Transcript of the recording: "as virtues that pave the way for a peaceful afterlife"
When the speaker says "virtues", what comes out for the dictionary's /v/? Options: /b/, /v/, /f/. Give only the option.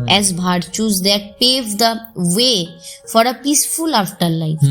/b/